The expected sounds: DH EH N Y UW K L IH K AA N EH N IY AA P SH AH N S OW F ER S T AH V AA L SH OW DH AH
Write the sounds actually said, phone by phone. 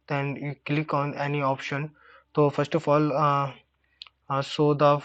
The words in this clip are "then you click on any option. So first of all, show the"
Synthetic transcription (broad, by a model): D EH N Y UW K L IH K AA N EH N IY AA P SH AH N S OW F ER S T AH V AA L S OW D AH